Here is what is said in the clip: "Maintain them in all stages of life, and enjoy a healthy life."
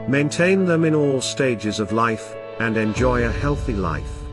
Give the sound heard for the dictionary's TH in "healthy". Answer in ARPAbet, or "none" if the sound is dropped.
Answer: TH